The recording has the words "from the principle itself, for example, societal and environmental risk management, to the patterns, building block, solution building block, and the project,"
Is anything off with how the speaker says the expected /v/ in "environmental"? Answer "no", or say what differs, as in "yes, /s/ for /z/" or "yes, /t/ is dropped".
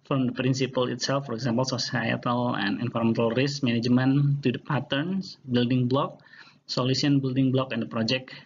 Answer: yes, /f/ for /v/